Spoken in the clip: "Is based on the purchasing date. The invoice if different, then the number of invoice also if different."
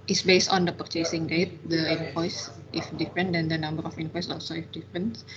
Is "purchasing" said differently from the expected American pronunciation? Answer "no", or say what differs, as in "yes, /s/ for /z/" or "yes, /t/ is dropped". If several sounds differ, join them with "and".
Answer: no